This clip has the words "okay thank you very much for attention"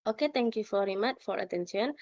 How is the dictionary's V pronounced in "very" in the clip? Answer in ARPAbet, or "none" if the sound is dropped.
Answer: F